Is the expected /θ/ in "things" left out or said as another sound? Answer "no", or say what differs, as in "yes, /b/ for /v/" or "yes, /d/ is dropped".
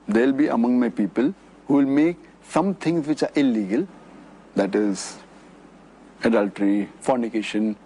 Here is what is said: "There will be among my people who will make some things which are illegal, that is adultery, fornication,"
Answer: yes, /t/ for /θ/